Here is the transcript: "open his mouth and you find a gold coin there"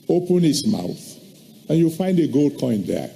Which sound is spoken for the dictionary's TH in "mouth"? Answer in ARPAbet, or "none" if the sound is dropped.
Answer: TH